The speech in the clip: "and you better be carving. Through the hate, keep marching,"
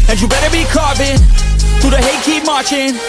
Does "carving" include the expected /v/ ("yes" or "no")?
no